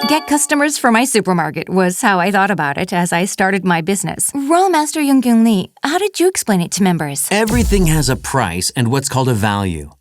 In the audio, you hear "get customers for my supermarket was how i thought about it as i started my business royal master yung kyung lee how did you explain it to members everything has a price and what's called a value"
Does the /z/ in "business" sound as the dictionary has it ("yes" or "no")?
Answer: yes